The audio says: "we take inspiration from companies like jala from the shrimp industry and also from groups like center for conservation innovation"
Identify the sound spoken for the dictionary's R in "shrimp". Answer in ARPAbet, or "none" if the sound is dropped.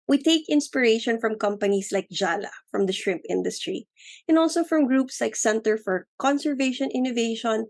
R